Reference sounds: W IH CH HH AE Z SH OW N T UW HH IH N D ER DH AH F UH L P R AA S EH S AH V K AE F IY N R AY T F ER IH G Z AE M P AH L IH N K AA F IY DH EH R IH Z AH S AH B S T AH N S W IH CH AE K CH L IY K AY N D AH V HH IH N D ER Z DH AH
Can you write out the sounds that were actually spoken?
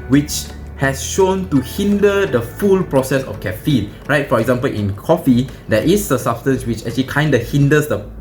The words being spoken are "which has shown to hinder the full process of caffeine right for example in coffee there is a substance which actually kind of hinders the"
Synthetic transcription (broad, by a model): W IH CH HH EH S SH OW N T UW HH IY N D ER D AH F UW L P R AA S EH S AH F K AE F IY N R AY T F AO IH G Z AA M P AH L IH N K AA F IY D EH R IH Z AH S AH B S T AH N S W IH CH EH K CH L IY K AY N D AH HH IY N D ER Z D AH